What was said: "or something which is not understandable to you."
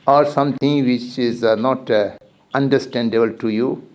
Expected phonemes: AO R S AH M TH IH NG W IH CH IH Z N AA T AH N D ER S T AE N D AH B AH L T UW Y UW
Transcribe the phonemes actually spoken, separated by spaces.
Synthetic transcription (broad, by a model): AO R S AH M T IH NG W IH CH IH Z N AA T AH N D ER S T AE N D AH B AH L T UW Y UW